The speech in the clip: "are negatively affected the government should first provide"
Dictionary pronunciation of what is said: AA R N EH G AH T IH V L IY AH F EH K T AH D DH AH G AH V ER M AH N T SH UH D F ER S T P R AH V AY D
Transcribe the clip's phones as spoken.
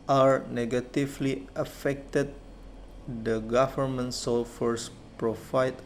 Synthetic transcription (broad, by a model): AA R N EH G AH T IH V L IY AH F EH K T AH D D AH G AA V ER M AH N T S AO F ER S P R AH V AY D